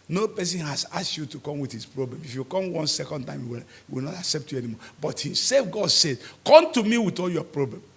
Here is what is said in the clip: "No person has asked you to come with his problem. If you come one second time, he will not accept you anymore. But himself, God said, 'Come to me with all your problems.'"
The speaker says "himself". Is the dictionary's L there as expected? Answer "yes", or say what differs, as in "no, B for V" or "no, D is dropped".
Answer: no, L is dropped